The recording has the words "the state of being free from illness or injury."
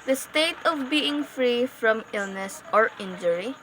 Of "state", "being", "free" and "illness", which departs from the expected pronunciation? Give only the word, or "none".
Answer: none